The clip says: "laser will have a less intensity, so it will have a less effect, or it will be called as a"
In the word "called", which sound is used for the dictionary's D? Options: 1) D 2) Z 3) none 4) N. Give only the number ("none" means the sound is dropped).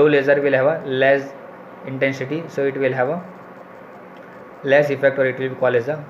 3